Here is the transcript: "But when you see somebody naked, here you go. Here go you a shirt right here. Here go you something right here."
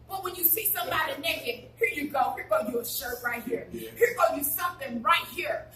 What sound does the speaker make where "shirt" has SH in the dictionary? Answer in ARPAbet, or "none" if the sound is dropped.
SH